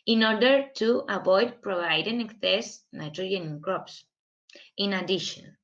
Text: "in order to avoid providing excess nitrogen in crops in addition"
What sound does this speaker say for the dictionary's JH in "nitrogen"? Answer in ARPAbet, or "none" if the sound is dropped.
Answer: none